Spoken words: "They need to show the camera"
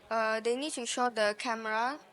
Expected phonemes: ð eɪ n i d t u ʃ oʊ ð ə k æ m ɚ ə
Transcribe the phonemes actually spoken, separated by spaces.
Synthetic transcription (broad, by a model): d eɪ n i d t u ʃ oʊ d ə k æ m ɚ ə